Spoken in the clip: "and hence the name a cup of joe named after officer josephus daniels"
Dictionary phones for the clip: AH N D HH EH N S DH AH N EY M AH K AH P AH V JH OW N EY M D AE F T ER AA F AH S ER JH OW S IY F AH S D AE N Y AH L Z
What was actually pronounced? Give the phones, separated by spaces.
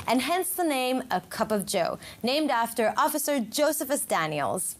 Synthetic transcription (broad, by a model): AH N HH EH N S DH AH N EY M AH K AH P AH V JH OW N EY M D AE F T ER AA F AH S ER JH OW S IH F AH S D AE N Y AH L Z